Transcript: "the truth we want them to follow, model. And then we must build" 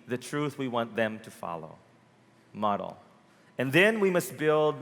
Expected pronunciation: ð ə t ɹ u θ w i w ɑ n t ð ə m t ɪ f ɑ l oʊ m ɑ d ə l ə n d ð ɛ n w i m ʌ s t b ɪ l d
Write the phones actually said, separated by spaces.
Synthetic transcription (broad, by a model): ð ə t ɹ u θ w i w ɑ n ð ə m t ɪ f ɑ l oʊ m ɑ d l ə n ð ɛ n w i m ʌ s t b ɪ l d